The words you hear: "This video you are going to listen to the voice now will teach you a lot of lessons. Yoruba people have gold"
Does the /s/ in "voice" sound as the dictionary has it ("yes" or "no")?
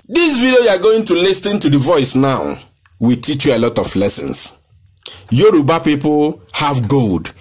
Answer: yes